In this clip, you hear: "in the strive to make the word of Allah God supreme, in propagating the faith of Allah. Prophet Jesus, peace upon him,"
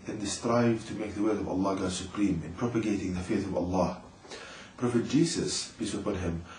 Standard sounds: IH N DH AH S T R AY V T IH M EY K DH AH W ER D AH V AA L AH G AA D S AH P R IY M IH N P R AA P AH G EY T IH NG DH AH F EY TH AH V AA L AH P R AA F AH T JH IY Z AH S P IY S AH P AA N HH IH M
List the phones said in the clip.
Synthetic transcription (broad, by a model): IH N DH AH S T R AY V T IH M EY K DH AH W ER AH V AA L AH G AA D S AH P R IY M IH N P R AA P AH G EY T IH NG DH AH F EY TH AH V AA L AH P R AA F AH T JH IY S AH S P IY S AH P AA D HH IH M